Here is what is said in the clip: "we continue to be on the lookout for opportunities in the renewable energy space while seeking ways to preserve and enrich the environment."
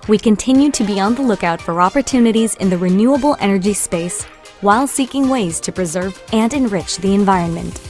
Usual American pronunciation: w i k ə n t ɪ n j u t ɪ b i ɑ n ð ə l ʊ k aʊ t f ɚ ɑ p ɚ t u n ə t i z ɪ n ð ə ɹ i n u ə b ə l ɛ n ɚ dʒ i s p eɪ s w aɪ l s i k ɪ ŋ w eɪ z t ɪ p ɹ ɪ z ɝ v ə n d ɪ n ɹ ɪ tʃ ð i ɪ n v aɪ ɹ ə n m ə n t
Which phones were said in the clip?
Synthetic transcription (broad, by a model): w i k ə n t ɪ n j u t ɪ b i ɑ n ð ə l ʊ k aʊ t f ɚ ɑ p ɚ t u n ə t i z ɪ n ð ə ɹ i n u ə b l ɛ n ɚ dʒ i s p eɪ s w aɪ l s i k ɪ ŋ w eɪ z t ɪ p ɹ ɪ z ɝ v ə n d ɪ n ɹ ɪ tʃ ð i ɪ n v aɪ ɹ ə n m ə n t